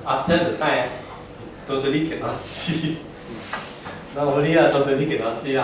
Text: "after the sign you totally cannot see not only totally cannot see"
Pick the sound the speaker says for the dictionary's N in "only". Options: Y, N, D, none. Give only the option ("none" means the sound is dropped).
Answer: none